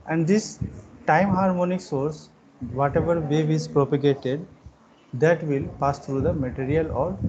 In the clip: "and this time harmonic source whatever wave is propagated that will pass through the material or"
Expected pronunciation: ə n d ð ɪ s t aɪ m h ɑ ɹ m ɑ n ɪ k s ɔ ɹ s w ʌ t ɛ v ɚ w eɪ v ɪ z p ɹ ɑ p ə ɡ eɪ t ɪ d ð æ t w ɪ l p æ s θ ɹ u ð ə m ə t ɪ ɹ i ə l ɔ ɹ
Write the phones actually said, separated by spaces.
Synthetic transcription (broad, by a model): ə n d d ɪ s t aɪ m h ɑ ɹ m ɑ n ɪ k s ɔ ɹ s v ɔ t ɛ v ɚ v eɪ v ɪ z p ɹ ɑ p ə ɡ eɪ t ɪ d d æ t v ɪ l p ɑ s t ɹ u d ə m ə t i ɹ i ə l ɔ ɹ